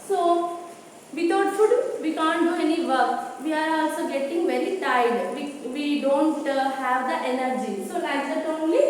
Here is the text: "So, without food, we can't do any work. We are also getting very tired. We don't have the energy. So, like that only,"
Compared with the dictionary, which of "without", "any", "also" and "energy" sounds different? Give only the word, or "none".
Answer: without